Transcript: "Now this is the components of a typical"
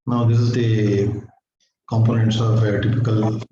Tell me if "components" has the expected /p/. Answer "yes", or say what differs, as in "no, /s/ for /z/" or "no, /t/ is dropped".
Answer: yes